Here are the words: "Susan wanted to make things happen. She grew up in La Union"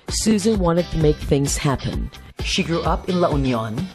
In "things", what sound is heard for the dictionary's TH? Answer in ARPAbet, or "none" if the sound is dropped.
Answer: TH